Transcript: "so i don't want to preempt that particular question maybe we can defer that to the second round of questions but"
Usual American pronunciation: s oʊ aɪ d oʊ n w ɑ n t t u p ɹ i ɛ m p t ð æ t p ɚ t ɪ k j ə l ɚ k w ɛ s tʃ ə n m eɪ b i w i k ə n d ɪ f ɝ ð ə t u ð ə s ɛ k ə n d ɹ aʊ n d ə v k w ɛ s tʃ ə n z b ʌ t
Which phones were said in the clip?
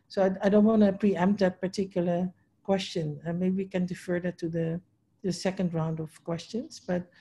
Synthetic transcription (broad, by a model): s oʊ aɪ d oʊ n w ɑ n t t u p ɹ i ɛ m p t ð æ t p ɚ t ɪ k j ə l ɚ k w ɛ s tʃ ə n m eɪ b i w i k ə n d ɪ f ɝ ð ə t u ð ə s ɛ k ə n d ɹ aʊ n d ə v k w ɛ s tʃ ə n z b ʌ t